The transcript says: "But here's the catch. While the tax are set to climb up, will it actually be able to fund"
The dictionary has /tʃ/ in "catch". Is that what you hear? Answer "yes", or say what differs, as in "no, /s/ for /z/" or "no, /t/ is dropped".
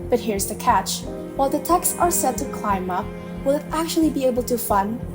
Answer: yes